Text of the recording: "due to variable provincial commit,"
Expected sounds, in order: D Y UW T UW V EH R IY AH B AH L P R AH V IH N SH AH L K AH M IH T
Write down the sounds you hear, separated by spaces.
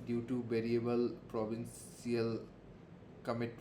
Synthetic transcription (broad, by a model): D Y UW T UW B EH R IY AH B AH L P R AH B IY N S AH L K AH M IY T